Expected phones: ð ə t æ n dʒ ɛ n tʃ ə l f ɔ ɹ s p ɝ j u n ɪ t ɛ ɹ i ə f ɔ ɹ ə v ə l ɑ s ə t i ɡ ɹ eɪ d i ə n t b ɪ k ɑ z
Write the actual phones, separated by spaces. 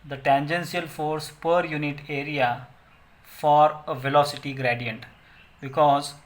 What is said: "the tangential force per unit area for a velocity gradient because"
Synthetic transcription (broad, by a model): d ə t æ n dʒ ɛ n s ə l f ɔ ɹ s p ɝ j u n ɪ t ɛ ɹ i ə f ɔ ɹ ə v ə l ɑ s ə t i ɡ ɹ eɪ d i ə n t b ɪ k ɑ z